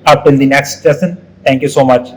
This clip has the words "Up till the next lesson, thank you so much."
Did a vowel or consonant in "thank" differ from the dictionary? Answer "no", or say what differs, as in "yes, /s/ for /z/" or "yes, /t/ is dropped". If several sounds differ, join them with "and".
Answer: yes, /t/ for /θ/